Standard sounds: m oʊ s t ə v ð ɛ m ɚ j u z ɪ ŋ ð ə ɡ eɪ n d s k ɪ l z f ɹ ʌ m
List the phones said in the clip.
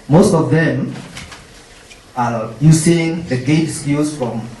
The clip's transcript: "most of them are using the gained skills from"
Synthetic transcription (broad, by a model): m oʊ s t ə v ð ɛ m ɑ j u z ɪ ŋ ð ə ɡ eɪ d s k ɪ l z f ɹ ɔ m